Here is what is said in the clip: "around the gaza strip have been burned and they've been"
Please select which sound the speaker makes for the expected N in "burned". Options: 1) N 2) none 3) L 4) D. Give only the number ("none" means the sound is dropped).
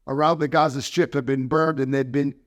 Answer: 2